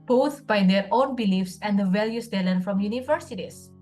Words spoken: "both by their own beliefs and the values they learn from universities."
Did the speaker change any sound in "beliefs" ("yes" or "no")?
no